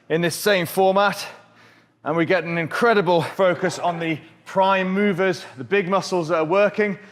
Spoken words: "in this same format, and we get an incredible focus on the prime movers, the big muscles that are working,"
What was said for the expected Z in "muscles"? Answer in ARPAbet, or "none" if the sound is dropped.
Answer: Z